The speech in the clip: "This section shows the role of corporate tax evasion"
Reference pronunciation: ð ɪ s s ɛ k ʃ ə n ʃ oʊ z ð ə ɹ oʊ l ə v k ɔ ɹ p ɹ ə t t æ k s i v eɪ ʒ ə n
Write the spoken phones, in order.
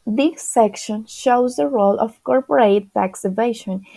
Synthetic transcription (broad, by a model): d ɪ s s ɛ k ʃ ə n ʃ oʊ z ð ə ɹ oʊ l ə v k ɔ ɹ p ɹ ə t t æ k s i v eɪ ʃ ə n